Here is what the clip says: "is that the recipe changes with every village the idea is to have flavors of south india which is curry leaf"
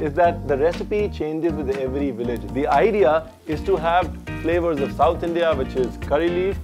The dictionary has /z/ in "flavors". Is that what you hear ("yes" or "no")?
yes